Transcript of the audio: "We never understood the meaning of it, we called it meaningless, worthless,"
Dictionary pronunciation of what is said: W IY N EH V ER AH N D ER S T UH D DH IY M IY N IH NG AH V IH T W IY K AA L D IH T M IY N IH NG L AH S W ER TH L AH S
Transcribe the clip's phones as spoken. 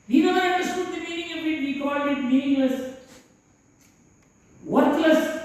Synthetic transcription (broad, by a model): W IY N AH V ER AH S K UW T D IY M IY N IH NG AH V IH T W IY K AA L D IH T M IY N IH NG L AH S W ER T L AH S